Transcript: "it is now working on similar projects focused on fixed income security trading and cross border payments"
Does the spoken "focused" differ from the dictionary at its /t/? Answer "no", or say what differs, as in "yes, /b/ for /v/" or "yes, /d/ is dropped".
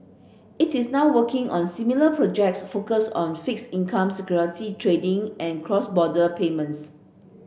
yes, /t/ is dropped